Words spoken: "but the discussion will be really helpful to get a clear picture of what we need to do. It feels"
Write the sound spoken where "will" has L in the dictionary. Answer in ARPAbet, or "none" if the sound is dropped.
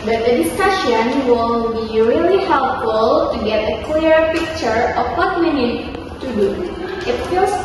N